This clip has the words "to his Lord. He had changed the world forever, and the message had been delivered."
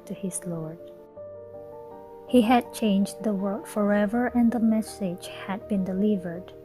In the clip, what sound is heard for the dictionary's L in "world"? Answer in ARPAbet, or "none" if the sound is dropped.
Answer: none